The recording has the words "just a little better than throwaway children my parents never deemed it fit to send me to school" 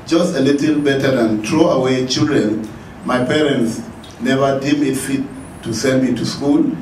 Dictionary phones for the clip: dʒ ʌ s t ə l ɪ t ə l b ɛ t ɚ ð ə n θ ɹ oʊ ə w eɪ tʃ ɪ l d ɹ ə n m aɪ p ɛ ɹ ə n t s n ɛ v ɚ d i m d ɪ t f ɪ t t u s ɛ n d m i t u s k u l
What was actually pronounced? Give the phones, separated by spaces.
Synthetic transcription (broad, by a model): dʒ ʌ s t ə l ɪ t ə l b ɛ t ɚ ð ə n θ ɹ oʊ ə w eɪ tʃ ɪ l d ɹ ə n m aɪ p ɛ ɹ ə n t s n ɛ v ɚ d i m ɪ t f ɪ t t u s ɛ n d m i t u s k u l